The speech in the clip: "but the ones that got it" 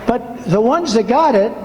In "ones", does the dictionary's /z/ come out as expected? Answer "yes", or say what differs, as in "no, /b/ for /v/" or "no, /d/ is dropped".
yes